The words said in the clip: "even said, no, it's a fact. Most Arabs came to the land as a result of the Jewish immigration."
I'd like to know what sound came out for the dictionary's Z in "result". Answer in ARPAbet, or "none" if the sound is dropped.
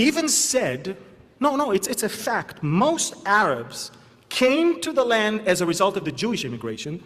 Z